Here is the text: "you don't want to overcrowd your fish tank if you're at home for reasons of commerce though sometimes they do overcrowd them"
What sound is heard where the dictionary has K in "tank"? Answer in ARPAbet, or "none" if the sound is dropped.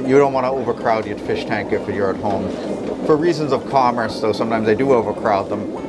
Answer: K